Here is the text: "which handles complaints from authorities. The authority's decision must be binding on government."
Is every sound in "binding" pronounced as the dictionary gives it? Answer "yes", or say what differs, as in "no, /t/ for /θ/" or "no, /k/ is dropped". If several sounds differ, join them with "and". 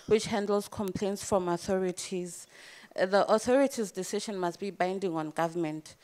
yes